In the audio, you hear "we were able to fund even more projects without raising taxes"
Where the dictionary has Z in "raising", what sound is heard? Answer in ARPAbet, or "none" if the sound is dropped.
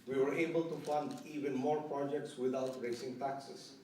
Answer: S